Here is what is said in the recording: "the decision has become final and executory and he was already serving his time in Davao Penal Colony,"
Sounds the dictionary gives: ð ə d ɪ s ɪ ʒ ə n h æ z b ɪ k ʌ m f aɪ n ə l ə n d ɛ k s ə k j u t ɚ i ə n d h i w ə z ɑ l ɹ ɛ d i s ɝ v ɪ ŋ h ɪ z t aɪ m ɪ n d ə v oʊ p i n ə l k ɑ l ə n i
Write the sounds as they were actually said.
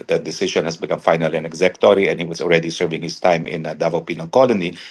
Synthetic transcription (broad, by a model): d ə d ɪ s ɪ ʃ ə n h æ s b ɪ k ʌ m f aɪ n ə l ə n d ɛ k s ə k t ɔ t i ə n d h i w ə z ɑ l ɹ ɛ d i s ɝ v ɪ ŋ h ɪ s t aɪ m ɪ n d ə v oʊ p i n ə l k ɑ l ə n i